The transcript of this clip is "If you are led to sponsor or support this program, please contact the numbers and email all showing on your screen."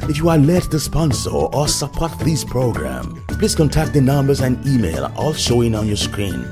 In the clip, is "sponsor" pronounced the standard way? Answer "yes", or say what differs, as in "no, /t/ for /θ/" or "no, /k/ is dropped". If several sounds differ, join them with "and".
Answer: yes